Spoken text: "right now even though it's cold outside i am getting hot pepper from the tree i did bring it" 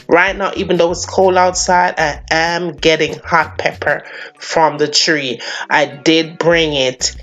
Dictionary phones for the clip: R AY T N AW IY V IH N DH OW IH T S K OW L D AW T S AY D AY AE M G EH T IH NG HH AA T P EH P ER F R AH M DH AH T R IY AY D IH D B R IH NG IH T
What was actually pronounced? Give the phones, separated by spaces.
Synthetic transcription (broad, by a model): R AY T N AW IY V IH N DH OW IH T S K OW L AW T S AY D AY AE M G EH T IH NG HH AA T P EH P ER F R AH M DH AH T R IY AY D IH D B R IH NG IH T